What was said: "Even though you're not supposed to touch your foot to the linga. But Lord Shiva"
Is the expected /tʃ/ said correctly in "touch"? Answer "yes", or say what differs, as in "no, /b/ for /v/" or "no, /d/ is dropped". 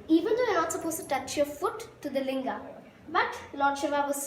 yes